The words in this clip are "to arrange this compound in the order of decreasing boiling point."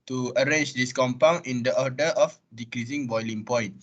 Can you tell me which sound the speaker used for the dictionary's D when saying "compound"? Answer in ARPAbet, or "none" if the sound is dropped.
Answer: none